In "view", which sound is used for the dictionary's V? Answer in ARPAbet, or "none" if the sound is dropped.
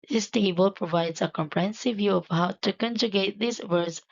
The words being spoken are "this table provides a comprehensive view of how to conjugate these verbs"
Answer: V